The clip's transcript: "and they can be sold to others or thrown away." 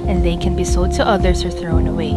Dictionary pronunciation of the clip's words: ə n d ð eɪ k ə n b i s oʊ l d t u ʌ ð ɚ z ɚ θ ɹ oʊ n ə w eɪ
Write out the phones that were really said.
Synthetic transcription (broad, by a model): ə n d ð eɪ k ə n b i s oʊ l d t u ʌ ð ɚ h ɚ θ ɹ oʊ n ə w eɪ